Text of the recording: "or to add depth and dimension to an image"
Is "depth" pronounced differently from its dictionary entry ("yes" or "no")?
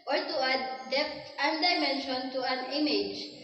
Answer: yes